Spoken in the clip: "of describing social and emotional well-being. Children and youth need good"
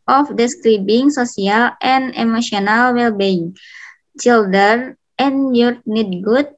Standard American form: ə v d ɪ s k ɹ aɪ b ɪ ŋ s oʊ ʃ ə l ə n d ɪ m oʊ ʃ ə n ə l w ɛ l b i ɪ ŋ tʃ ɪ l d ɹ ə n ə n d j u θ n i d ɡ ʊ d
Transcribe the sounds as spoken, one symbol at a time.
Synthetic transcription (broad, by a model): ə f d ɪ s k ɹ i b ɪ ŋ s oʊ s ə l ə n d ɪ m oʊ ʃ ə n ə l w ɛ l b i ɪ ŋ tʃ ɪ l d ə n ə n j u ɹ n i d ɡ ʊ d